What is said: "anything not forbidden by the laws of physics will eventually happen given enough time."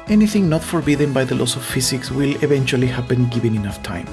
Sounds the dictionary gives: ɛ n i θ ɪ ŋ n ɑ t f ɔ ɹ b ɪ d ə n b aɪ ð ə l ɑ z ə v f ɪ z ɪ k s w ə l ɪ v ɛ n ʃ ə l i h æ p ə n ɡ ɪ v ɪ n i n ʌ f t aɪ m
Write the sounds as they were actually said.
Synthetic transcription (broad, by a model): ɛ n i θ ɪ ŋ n ɑ t f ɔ ɹ b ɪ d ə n b aɪ ð ə l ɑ s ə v f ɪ s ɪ k s w ə l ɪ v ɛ n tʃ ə l i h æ p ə n ɡ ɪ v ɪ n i n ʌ f t aɪ m